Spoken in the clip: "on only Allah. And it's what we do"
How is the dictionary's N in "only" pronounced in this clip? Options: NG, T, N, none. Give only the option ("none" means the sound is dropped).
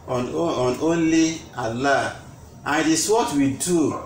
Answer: N